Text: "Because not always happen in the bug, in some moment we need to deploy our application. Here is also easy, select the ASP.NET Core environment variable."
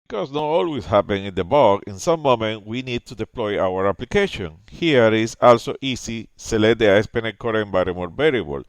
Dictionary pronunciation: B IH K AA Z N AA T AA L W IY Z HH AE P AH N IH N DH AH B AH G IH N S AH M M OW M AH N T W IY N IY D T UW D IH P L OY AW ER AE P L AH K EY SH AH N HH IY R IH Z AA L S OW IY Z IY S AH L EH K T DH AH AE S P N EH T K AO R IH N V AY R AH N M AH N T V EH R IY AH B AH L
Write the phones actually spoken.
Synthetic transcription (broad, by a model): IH K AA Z N AA T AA L W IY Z HH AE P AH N IH N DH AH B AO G IH N S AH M M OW M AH N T W IY N IY D T UW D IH P L OY AW ER AE P L AH K EY SH AH N HH IY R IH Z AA L S OW IY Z IY S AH L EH T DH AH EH S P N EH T K AO R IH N B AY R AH M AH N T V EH R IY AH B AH L